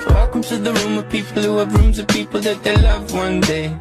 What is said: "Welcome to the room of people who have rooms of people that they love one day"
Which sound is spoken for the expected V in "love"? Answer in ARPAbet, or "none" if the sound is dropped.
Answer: V